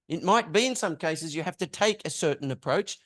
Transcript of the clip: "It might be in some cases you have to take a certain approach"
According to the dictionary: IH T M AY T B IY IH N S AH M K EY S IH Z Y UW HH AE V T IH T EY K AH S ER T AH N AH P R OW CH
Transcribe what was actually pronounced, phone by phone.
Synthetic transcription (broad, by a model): IH T M AY T B IY IH N S AH M K EY S IH Z Y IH HH AE F T IH T EY K AH S ER T N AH P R OW CH